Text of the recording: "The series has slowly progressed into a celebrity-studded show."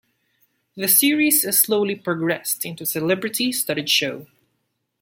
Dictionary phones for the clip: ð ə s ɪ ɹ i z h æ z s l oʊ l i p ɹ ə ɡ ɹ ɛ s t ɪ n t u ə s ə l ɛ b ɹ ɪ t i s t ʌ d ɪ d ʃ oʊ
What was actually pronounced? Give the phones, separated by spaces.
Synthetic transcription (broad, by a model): ð ə s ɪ ɹ i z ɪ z s l oʊ l i p ɹ ə ɡ ɹ ɛ s t ɪ n t u s ə l ɛ b ɹ ɪ t i s t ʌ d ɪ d ʃ oʊ